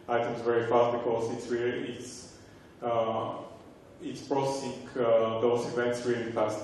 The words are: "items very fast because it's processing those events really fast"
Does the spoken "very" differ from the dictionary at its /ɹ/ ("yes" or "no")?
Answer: no